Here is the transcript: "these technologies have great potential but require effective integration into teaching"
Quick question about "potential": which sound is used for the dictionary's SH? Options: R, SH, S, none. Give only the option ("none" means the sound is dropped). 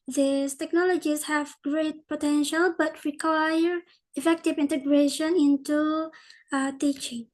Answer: SH